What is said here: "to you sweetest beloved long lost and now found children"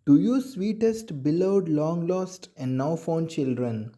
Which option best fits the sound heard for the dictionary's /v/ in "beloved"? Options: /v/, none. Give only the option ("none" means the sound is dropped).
none